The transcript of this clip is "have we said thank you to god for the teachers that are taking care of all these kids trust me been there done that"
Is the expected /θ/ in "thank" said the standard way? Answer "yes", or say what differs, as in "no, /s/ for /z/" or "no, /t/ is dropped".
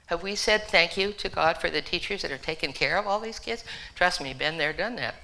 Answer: yes